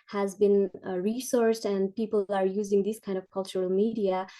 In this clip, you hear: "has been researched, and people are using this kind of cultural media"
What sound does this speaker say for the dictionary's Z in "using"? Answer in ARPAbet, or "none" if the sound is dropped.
Z